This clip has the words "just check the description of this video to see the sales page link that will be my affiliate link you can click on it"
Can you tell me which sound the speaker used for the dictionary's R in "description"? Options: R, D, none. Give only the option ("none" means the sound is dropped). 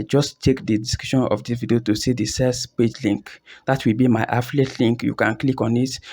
none